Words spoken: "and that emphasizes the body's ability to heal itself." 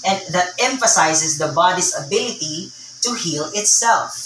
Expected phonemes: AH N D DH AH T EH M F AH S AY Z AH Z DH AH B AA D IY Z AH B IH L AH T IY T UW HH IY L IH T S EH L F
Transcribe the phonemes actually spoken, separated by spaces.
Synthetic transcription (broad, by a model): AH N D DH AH T EH M F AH S AY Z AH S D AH B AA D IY S AH B IH L AH T IY T UW HH IY L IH T S EH L F